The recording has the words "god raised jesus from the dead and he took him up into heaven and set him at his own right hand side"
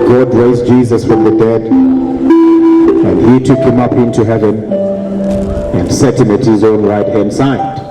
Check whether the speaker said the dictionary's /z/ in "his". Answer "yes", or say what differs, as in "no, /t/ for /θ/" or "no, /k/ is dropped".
yes